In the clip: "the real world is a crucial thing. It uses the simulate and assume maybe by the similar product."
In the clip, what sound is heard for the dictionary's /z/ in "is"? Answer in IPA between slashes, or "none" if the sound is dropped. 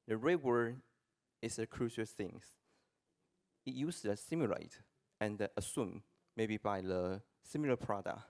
/s/